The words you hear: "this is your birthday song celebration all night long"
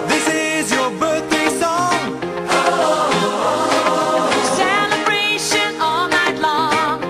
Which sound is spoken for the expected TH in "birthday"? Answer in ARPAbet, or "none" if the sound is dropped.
TH